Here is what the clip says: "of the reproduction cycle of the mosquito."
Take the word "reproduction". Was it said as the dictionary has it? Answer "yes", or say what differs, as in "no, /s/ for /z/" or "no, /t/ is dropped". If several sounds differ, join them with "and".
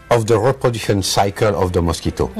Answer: no, /ɹ/ is dropped and /k/ is dropped